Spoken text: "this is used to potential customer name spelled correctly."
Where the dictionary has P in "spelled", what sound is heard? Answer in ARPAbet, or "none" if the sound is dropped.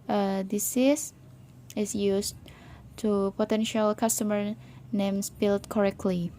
B